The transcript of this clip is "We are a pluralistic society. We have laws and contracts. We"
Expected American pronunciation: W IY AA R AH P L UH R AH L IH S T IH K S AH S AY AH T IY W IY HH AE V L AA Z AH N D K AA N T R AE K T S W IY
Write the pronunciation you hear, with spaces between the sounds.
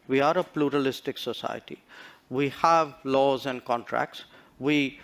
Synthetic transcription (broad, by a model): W IY AA R AH P L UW R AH L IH S T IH K S AH S AY AH T IY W IY HH AE V L AA Z AH N D K AA N T R AE K T S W IY